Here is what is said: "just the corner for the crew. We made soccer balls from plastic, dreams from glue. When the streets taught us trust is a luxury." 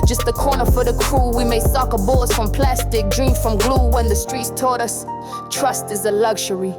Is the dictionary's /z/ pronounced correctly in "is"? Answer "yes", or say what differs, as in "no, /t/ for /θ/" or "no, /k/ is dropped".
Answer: yes